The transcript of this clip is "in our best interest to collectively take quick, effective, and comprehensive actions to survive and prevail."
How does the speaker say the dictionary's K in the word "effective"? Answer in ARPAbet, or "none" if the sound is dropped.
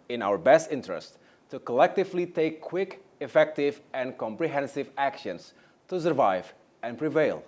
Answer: K